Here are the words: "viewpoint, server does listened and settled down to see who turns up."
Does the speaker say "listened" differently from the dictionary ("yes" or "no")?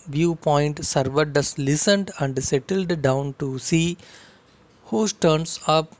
no